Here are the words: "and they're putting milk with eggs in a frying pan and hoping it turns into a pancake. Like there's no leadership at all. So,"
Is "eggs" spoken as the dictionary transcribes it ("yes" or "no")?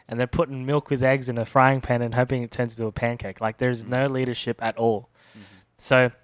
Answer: yes